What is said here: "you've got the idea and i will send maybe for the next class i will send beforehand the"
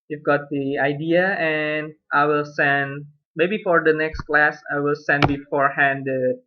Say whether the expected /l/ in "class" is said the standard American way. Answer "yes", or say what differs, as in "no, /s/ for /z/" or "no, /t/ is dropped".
yes